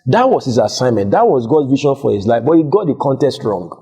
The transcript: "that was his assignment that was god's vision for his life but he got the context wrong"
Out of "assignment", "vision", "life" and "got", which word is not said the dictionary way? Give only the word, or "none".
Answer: vision